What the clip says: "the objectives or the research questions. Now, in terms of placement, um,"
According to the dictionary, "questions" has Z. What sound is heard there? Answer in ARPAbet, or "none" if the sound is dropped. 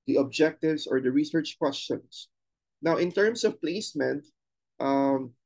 S